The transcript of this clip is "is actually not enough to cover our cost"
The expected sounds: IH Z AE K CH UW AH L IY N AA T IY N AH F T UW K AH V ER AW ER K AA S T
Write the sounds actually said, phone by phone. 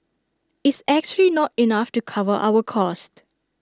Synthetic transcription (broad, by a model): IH S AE K CH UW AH L IY N AA T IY N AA F T UW K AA V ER AW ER K AA S T